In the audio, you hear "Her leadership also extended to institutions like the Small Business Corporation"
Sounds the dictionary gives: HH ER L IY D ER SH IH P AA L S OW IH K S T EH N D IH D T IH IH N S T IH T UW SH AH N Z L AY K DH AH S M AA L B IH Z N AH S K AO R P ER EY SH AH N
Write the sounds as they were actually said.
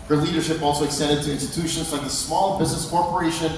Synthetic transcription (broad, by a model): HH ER L IY D ER SH IH P AA L S OW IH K S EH D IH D T IH IH N S T IH T UW SH AH N Z L AY K DH AH S M AA L B IH Z N AH S K AO R P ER EY SH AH N